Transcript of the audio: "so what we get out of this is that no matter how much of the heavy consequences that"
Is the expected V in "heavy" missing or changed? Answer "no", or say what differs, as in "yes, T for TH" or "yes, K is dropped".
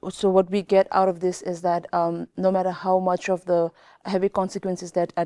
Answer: no